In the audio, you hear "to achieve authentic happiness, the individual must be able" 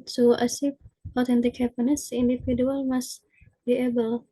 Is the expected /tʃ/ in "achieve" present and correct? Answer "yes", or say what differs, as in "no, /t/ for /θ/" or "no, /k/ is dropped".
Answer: no, /s/ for /tʃ/